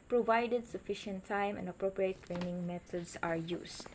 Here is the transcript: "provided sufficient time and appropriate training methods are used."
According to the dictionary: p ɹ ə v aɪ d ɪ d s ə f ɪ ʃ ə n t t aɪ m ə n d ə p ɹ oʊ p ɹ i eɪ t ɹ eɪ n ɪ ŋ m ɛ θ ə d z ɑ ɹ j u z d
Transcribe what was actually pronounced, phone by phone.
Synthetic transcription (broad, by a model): p ɹ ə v aɪ d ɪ d s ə f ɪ ʃ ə n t t aɪ m ə n d ə p ɹ oʊ p ɹ i eɪ t ɹ eɪ n ɪ ŋ m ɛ t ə d s ɑ ɹ j u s